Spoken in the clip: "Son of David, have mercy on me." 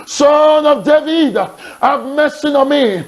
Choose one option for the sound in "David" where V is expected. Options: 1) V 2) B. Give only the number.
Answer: 1